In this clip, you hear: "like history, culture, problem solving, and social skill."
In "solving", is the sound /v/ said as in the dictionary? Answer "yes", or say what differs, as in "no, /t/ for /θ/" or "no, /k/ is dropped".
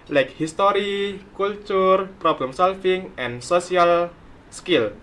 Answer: no, /f/ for /v/